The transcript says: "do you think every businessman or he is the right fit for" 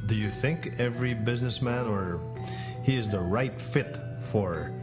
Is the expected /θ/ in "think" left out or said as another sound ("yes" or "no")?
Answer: no